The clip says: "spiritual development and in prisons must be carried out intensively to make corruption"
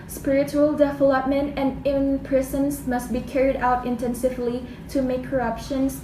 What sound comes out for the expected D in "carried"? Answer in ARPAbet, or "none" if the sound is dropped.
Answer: D